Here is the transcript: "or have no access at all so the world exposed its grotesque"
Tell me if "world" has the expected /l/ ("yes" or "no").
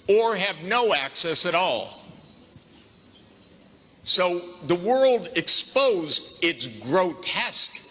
yes